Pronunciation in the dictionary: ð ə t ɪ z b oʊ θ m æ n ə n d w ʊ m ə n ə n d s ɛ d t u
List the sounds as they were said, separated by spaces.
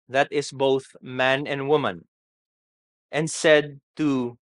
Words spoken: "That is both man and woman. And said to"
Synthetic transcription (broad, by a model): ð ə t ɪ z b oʊ θ m æ n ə n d w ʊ m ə n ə n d s ɛ d t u